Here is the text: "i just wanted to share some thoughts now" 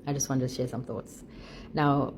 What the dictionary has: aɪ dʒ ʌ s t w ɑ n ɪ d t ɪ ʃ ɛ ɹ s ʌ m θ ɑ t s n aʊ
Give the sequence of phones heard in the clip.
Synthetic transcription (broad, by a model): aɪ dʒ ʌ s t w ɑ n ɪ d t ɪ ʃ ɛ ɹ s ʌ m θ ɑ t s n aʊ